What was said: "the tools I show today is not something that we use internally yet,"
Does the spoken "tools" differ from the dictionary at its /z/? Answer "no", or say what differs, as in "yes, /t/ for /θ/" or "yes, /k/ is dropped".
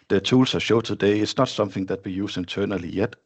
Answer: yes, /s/ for /z/